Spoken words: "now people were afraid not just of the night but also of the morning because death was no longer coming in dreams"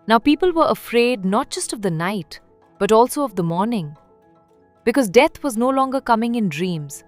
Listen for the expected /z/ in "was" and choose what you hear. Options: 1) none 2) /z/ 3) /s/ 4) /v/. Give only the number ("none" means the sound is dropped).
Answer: 2